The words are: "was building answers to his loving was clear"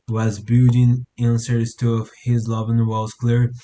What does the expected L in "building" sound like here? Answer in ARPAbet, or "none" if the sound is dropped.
none